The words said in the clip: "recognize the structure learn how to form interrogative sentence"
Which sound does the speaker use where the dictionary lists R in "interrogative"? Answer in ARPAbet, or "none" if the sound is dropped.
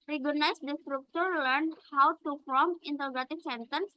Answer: L